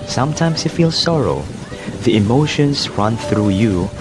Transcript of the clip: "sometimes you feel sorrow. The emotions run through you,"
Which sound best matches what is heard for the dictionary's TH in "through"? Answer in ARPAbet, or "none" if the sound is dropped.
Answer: TH